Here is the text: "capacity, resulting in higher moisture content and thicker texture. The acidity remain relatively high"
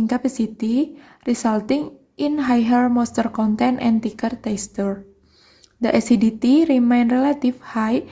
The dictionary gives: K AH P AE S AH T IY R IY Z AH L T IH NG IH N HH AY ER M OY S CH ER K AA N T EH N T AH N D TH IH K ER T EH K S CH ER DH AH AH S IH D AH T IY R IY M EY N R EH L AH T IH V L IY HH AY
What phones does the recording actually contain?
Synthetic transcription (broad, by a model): K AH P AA S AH T IY R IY S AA L T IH NG IH N HH AY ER M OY S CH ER K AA N T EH N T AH N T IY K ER T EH S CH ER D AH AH S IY D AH T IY R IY M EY N R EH L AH T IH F HH AY